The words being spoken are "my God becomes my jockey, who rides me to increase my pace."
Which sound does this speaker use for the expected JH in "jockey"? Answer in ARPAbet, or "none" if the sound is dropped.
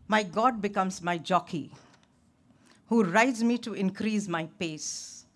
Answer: JH